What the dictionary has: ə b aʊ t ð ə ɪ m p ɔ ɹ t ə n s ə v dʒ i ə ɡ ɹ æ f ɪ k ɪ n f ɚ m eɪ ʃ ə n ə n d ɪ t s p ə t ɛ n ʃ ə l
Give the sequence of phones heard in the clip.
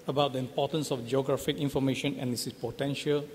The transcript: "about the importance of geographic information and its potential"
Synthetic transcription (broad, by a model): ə b aʊ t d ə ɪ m p ɔ t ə n s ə f dʒ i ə ɡ ɹ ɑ f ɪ k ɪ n f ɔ m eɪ ʃ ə n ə n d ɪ s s p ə t ɛ n ʃ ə l